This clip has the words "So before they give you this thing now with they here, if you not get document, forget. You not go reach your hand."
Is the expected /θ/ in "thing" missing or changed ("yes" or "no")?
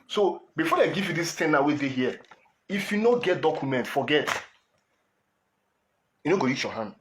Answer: yes